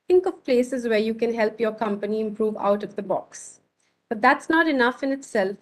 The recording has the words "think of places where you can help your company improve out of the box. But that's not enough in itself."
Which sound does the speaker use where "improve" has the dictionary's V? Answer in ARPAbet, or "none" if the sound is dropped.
V